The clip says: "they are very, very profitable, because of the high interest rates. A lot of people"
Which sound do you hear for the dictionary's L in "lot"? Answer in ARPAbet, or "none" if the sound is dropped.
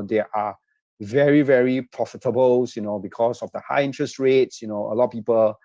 N